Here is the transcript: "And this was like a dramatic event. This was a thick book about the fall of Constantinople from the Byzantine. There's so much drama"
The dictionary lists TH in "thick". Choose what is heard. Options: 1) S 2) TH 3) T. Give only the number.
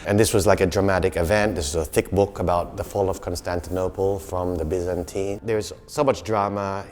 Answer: 2